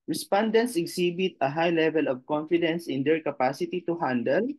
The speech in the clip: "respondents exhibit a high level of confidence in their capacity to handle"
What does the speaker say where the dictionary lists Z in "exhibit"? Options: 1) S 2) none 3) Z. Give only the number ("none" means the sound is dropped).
1